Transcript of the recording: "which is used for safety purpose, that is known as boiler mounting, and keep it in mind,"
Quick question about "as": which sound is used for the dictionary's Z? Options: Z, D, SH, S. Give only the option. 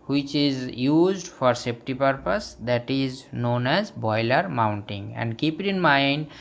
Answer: Z